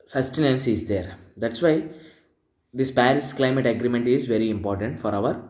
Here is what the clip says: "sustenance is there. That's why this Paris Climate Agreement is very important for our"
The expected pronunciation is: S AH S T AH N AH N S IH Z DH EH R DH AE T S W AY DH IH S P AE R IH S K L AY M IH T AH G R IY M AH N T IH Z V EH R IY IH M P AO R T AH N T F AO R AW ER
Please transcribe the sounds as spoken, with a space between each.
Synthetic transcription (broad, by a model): S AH S T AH N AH N S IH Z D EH R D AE T S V AY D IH S P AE R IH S K L AY M IH T AH G R IY M AH N T IH Z V EH R IY IH M P AO R T AH N T F AO R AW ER